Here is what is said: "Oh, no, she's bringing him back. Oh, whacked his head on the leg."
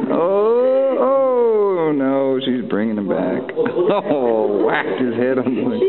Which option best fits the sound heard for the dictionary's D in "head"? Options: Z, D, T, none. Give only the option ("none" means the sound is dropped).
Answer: D